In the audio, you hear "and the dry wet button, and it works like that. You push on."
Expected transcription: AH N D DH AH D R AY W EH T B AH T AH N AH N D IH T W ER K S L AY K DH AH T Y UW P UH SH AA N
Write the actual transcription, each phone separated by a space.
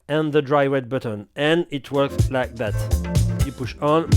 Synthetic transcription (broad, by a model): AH N DH AH D R AY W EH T B AH T AH N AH N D IH T W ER K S L AY K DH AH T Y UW P UH SH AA N